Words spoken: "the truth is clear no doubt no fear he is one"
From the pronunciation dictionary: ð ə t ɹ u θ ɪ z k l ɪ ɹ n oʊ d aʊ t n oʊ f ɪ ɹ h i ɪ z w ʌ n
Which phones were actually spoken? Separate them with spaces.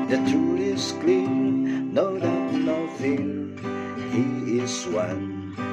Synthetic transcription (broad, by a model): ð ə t u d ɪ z k l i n n oʊ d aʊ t n oʊ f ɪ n h i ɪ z w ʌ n